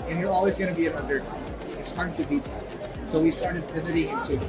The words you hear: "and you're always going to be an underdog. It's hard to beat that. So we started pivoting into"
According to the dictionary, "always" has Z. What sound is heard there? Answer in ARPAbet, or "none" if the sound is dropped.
Z